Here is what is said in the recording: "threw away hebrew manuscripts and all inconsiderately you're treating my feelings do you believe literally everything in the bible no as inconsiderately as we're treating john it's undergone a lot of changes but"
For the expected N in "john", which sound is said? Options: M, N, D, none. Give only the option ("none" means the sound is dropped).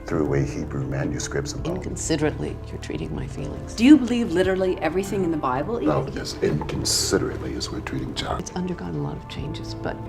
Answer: none